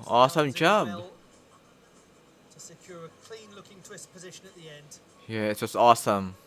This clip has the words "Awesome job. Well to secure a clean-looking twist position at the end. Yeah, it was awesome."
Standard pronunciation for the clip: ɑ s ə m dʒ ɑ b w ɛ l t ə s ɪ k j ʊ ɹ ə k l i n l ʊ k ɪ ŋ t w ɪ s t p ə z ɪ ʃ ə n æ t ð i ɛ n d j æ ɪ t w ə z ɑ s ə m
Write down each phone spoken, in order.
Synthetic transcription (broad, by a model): ɑ s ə m dʒ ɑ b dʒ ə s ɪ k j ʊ ɹ ə k l i n l ʊ k ɪ ŋ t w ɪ s p ə z ɪ ʃ ə n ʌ t ð i ɛ n d j æ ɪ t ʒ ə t ɑ s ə m